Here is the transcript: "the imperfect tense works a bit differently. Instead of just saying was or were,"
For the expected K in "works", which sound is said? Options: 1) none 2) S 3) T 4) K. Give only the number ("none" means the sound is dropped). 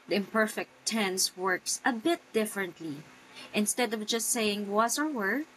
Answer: 4